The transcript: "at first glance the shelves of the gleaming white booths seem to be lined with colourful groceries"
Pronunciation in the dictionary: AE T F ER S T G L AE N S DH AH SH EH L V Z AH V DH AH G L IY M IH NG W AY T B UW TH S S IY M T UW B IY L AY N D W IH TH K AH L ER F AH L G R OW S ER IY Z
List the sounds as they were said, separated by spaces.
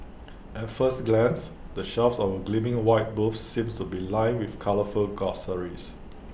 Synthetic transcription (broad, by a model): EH T F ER S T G L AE N S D AH SH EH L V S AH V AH G L IY M IH NG W AY T B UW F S S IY M T UW B IY L AY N W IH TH K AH L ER F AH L G OW S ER IY S